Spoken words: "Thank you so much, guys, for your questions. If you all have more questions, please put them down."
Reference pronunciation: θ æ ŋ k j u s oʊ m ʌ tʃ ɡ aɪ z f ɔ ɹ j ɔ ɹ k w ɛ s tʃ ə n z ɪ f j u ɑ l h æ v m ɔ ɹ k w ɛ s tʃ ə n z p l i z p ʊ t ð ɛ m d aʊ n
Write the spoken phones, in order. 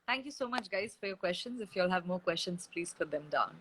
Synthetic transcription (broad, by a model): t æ ŋ k j u s oʊ m ʌ tʃ ɡ aɪ z f ɔ ɹ j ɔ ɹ k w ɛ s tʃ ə n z ɪ f j u l h æ v m ɔ ɹ k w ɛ s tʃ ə n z p l i z f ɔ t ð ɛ m d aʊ n